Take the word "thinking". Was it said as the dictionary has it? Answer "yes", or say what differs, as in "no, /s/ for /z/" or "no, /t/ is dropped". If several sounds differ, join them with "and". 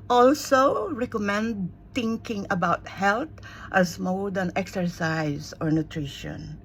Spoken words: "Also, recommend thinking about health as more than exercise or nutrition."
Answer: no, /t/ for /θ/